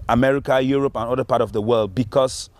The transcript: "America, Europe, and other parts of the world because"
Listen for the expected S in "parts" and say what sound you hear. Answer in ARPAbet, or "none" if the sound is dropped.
none